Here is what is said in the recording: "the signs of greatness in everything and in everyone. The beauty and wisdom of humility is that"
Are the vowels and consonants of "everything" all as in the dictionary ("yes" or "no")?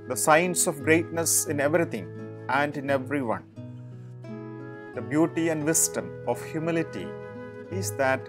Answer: no